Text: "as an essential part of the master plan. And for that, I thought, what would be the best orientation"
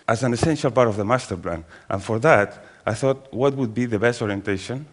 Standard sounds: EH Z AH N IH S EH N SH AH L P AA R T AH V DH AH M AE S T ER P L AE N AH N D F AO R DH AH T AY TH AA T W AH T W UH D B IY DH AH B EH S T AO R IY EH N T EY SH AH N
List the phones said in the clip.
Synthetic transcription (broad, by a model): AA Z AH N IH S EH N SH AH L P AA R T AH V DH AH M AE S T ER P L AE N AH N F AO R DH AH T AY TH AA T W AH T W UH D B IY DH AH B EH S T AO R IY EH N T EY SH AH N